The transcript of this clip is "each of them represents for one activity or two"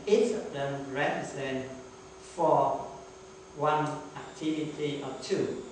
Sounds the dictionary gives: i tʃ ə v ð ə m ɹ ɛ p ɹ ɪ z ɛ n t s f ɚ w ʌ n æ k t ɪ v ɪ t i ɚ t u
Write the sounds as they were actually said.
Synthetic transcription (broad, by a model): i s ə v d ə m ɹ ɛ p ɹ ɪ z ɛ n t f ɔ w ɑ n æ k t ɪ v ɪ t i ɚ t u